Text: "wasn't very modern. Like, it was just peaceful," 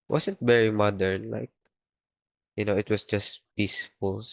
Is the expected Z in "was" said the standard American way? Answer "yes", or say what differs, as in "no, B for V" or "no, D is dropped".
no, S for Z